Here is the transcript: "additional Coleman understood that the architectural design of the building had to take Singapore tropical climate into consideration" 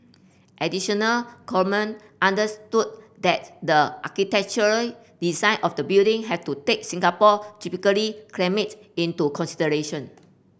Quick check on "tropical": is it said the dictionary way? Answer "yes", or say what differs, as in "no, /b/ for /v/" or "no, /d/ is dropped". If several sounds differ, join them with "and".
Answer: no, /ɹ/ is dropped